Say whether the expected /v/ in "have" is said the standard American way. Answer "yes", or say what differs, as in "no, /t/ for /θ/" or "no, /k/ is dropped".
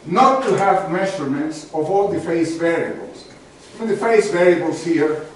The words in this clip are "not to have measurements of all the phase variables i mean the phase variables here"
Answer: yes